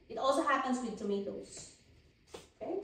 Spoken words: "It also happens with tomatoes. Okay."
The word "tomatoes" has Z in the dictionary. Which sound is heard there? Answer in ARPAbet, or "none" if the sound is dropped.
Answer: S